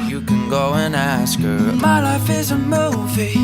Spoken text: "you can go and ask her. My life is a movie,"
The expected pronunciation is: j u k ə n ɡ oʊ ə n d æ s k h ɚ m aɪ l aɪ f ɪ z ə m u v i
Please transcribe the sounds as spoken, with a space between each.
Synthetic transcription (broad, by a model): j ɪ k ə n ɡ oʊ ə n æ s k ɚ m aɪ l aɪ f ɪ z ə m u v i